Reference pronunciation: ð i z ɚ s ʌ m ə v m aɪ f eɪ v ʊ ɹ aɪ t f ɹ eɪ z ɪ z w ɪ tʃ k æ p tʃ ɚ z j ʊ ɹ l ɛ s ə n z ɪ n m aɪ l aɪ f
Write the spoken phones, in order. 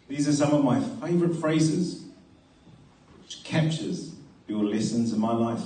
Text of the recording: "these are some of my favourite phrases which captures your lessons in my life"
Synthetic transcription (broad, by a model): ð i z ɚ s ʌ m ə v m aɪ f eɪ v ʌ ɹ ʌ t f ɹ eɪ z ɪ z w ɪ tʃ k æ p tʃ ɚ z j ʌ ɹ l ɛ s ə n z ɪ n m aɪ l aɪ f